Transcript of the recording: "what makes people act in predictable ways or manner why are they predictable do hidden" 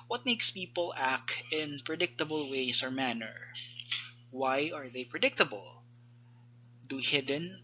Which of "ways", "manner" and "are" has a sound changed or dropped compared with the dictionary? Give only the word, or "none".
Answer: ways